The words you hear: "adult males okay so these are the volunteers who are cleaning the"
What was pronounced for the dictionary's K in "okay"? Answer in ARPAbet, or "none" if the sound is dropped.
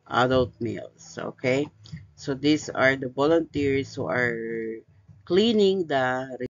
K